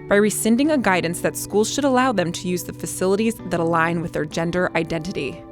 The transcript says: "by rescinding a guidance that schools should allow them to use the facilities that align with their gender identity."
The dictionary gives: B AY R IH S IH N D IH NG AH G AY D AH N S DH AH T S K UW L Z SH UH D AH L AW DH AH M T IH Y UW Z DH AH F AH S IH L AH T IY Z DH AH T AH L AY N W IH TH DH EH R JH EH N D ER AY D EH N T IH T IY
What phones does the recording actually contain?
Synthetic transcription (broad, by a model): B AY R IH S IH N D IH NG AH G AY D N S DH AH T S K UW L Z SH UH D AH L AW DH AH M T IH Y UW Z DH AH F AH S IH L AH T IY Z DH AH T AH L AY N W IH DH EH R JH EH N D ER AY D EH N T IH T IY